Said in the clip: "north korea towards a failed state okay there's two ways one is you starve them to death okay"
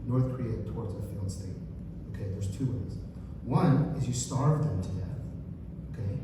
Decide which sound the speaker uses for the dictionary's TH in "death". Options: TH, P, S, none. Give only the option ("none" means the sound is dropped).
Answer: TH